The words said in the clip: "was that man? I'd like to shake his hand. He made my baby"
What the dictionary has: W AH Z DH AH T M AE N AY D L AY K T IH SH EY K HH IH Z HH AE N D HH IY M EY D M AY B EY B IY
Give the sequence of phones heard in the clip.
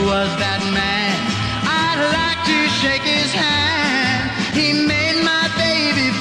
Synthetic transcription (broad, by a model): W AH Z DH AH T M AE N AY D L AY K T IH SH EY K HH IH Z HH AE N D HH IY M EY D M AY B EY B IY